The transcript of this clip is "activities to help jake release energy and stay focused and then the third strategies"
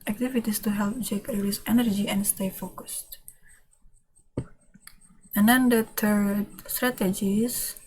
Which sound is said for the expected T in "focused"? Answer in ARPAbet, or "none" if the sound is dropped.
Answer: T